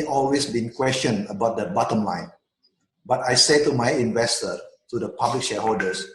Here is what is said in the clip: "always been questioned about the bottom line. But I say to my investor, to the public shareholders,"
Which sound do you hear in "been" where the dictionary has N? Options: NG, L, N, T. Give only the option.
N